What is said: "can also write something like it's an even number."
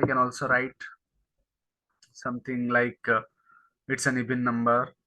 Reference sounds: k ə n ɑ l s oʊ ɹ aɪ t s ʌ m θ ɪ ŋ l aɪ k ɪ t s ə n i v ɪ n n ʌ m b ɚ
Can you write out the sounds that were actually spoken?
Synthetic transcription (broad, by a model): k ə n ɑ l s oʊ ɹ aɪ t s ʌ m t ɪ ŋ l aɪ k ɪ t s ə n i b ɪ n n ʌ m b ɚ